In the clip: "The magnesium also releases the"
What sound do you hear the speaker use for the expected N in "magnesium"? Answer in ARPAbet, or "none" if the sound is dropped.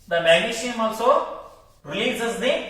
none